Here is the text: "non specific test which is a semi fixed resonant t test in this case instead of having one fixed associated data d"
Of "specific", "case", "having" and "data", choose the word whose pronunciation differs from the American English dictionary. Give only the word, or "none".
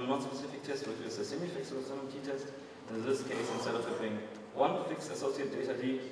having